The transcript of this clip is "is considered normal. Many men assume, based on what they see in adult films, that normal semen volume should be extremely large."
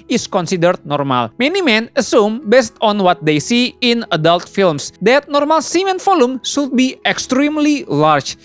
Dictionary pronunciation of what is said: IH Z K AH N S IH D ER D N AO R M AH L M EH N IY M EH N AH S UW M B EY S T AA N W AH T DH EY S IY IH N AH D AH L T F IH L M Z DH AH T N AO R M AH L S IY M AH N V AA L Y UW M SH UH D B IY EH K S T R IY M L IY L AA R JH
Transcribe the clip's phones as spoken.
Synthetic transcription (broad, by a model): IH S K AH N S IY D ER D N AO R M AH L M EH N IY M EH N AH S UW M B EY S T AA N W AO T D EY S IY IH N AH D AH L T F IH L M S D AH T N AO R M AH L S IY M AH N F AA L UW M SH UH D B IY EH K S T R IY M L IY L AA R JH